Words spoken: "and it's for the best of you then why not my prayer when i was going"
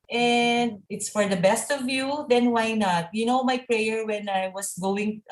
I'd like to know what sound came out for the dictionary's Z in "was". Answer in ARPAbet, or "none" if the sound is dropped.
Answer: S